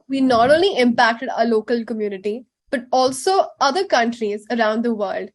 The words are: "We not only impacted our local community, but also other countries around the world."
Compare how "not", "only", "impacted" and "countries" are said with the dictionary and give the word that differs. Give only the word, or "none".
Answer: none